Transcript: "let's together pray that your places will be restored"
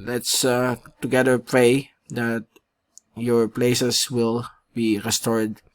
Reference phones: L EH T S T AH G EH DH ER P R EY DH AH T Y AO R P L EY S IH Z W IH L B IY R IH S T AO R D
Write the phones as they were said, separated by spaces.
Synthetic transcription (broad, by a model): L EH T S T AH G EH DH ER P R EY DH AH T Y AO R P L EY S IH S W IH L B IY R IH S T AO R D